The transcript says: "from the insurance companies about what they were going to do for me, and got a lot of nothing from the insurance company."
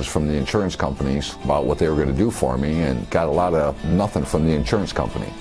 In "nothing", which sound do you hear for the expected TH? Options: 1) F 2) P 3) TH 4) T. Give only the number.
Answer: 3